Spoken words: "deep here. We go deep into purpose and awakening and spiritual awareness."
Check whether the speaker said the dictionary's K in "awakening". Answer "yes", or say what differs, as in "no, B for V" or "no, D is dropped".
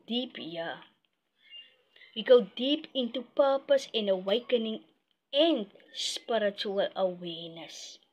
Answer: yes